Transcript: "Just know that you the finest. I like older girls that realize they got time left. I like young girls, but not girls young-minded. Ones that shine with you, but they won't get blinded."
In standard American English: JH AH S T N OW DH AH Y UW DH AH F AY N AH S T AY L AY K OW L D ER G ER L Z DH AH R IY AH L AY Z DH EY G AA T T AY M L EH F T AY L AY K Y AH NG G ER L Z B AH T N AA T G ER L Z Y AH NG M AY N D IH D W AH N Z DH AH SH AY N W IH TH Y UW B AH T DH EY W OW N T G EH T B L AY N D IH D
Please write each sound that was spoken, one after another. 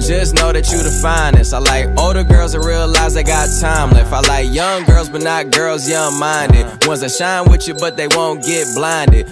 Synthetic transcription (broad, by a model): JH AH S N OW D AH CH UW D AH F AY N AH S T AY L AY K OW L D ER G ER L Z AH R IY AH L AY Z DH EY G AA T T AY M L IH F AY L AY K Y AH NG G ER L Z B AH T N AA T G ER L Z Y AH NG M AY N D IH D W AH N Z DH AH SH AY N W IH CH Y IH B AH T DH EY W OW N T G EH T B L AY N D IH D